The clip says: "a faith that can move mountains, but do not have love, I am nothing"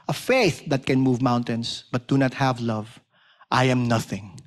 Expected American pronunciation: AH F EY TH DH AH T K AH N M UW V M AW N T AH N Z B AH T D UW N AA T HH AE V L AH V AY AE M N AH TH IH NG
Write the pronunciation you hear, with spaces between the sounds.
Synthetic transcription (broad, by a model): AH F EY TH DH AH T K AH N M UW V M AW N T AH N S B AH T D UW N AA T HH AE V L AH V AY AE M N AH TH IH NG